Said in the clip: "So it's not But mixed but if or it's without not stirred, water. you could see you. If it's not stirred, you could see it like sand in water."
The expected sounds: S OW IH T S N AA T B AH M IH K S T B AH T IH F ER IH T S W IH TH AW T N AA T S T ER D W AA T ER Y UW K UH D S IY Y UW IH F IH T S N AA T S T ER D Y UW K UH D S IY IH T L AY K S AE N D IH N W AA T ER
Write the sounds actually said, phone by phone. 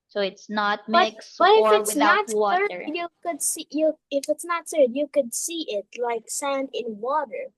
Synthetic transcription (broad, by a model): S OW IH T S N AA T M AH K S B AH T IH F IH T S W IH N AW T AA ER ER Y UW K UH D S IY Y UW IH F IH T S N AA T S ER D Y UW K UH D S IY IH T L AY K S AE N D IH N W AA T ER